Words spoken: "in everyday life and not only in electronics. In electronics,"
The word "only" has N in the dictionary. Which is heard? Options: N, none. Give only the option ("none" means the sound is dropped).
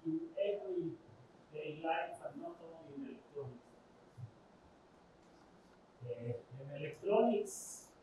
none